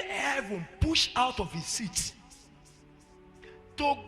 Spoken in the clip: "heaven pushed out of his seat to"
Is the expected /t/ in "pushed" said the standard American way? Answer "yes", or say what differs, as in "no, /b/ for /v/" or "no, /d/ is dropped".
no, /t/ is dropped